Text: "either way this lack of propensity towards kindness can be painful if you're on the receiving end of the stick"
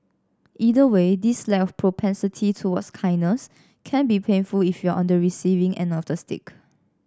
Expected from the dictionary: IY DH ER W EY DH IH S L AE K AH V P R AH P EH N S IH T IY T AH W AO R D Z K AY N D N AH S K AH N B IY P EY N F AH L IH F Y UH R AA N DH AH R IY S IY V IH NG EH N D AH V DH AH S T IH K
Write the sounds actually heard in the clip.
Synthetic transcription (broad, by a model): IY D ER W EY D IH S L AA AH F P R AH P EH N S IH T IY T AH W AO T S K AY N N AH S K AH N B IY P EY N F AH L IH F Y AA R AA N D AH R IY S IY V IH NG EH N AH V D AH S T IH K